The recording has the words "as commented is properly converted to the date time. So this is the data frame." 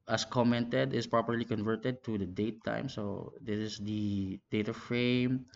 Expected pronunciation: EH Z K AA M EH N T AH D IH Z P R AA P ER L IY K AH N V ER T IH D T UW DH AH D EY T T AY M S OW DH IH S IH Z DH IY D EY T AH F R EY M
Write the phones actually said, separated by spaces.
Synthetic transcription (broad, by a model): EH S K AA M EH N T AH D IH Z P R AA P ER L IY K AH N V ER T IH D T UW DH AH D EY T T AY M S OW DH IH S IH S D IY D EY T AH F R EY M